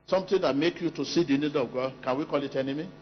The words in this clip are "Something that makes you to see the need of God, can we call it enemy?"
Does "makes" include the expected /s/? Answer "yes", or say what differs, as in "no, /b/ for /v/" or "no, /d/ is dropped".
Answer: no, /s/ is dropped